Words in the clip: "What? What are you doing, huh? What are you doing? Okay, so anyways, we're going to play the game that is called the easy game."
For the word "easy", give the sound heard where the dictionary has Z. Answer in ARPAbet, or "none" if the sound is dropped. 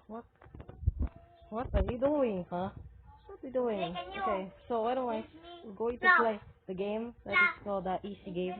S